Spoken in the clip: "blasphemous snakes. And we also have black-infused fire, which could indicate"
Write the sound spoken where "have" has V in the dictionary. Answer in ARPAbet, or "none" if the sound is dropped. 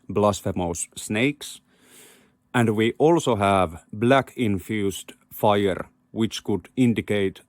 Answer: V